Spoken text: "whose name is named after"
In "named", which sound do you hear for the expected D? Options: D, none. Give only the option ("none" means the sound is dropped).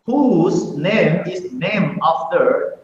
none